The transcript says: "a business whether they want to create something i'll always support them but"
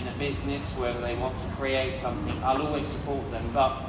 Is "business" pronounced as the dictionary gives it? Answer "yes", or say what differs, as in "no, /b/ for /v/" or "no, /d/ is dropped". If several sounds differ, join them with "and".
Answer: yes